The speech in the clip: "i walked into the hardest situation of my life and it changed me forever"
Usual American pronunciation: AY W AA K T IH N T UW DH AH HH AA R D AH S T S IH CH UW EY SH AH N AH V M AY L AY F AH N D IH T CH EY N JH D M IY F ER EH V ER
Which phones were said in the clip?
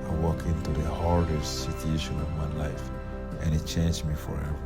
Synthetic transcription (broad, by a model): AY W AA K IH N T UW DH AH HH AA R D AH S T S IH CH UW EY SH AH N AH V M AY L AY F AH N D IH T CH EY N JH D M IY F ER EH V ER